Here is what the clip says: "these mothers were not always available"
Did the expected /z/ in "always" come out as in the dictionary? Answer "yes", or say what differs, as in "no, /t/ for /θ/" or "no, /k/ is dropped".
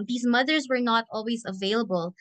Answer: yes